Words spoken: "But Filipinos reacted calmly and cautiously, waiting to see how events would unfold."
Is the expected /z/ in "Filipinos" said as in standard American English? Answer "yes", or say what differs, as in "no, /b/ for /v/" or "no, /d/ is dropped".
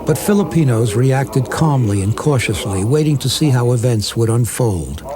yes